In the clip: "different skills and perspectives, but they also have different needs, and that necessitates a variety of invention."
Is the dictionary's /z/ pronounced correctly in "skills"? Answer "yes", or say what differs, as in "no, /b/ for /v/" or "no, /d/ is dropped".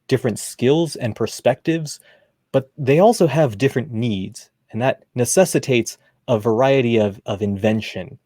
yes